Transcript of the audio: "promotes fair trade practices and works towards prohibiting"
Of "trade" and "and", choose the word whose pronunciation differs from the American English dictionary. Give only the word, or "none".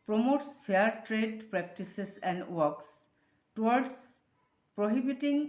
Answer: none